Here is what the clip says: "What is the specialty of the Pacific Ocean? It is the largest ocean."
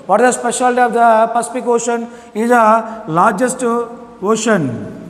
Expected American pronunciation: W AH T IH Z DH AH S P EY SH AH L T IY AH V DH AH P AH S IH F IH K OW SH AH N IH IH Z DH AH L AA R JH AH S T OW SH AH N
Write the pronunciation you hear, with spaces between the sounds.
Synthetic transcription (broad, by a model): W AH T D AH S P EY SH AH L T IY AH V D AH P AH S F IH K OW SH AH N IH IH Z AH L AA R JH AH S T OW SH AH N